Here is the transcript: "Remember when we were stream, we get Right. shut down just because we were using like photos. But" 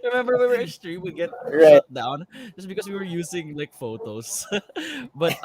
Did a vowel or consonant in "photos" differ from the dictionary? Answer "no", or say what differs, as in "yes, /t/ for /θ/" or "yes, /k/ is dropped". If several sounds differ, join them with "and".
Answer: yes, /s/ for /z/